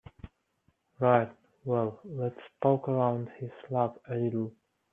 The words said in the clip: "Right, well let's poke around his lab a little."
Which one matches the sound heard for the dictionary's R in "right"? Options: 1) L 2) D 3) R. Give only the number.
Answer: 3